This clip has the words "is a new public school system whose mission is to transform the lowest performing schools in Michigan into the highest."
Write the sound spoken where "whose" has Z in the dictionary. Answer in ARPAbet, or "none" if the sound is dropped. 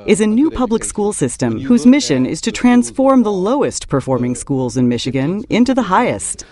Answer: Z